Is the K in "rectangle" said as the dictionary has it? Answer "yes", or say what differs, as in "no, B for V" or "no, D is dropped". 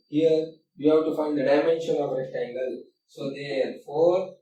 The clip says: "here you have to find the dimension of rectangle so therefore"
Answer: no, K is dropped